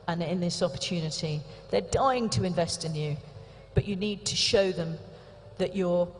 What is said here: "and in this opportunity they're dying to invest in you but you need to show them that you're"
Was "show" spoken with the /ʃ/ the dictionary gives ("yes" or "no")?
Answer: yes